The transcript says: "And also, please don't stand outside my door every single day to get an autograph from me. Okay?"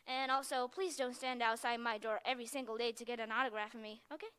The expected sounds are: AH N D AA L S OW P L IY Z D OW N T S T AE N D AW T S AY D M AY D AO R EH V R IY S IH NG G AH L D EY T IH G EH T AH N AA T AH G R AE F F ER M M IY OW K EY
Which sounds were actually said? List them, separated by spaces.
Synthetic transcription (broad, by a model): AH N AA L S OW P L IY Z D OW N T S T AE N D AW T S AY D M AY D AO R EH V R IY S IH NG G L D EY T IH G EH T AH N AA T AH G R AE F F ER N M IY OW K EY